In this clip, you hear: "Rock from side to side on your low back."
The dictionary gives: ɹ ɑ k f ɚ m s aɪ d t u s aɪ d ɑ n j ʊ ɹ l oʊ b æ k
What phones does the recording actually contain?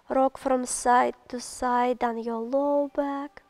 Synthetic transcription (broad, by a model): ɹ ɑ k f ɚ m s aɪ t u s aɪ d ɑ n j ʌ l oʊ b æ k